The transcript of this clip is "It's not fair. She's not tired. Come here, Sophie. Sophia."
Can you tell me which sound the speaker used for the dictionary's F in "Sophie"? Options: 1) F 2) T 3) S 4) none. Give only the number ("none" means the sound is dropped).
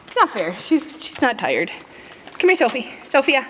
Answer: 1